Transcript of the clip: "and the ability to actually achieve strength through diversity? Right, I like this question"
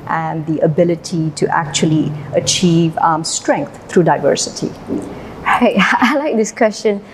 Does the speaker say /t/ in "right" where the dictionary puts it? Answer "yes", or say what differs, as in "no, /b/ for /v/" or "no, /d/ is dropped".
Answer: no, /t/ is dropped